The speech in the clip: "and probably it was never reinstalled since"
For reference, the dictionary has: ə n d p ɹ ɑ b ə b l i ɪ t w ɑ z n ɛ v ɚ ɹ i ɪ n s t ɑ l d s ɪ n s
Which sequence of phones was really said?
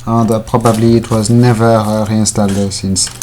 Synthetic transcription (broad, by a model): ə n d p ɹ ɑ b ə b l i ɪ t w ɑ z n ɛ v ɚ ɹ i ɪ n s t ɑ l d s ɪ n s